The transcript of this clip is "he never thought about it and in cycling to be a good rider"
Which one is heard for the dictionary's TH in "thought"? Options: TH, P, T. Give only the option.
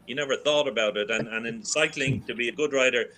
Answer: TH